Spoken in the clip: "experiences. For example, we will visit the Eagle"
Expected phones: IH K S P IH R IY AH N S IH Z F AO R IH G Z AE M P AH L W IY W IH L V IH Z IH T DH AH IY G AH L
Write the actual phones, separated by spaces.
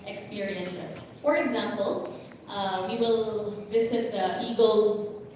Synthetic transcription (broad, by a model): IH K S P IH R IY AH N S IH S F AO R IH G Z AE M P AH L W IY W IH L V IH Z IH T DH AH IY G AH L